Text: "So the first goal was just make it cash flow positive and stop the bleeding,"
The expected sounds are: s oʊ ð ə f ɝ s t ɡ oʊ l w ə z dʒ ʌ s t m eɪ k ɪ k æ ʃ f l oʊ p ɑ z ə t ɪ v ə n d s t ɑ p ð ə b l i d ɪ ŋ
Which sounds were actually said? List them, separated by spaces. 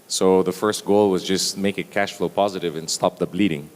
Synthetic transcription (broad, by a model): s oʊ ð ə f ɝ s t ɡ oʊ l w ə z dʒ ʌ s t m eɪ k ɪ k æ ʃ f l oʊ p ɑ z ə t ɪ v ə n s t ɑ p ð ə b l i d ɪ ŋ